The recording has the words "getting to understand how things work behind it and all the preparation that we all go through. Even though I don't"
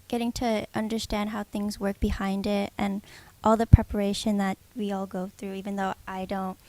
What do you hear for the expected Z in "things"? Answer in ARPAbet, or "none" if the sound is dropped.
Z